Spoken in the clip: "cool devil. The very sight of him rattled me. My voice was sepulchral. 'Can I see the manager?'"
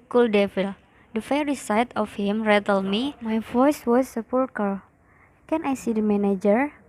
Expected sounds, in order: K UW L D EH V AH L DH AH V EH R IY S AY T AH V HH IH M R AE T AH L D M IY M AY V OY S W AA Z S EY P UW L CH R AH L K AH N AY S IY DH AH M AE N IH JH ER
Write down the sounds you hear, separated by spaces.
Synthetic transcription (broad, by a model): K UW L D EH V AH L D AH F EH R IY S AY T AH F HH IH M R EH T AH L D M IY M AY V OY S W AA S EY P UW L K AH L K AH N AY S IY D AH M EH N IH JH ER